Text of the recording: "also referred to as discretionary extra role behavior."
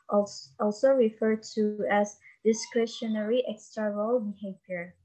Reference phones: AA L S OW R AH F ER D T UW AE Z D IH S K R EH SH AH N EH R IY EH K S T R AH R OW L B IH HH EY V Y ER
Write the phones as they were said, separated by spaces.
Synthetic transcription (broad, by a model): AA L S OW R AH F ER D T UW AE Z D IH S K R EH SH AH N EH R IY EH K S T AH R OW L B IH HH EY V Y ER